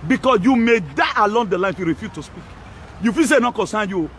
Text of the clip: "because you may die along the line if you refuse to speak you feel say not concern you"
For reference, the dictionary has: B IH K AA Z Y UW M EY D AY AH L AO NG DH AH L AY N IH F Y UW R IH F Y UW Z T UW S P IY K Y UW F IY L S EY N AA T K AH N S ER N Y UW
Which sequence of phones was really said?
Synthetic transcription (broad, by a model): B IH K AA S Y UW M EY D AY AH L AO NG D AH L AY IH F Y UW R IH F Y UW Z T UW S P IY K Y UW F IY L S EY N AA K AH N S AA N Y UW